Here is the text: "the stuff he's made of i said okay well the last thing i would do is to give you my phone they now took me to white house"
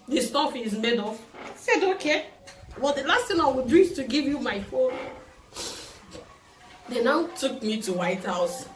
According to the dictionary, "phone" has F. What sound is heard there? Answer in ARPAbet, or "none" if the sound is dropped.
F